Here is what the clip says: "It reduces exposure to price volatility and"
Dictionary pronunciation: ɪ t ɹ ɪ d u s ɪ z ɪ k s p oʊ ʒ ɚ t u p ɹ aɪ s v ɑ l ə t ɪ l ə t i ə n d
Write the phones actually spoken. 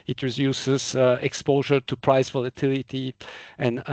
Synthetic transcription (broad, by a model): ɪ t ɹ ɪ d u s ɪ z ɪ k s p oʊ ʒ ɚ t u p ɹ aɪ s v ɑ l ə t ɪ l ə t i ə n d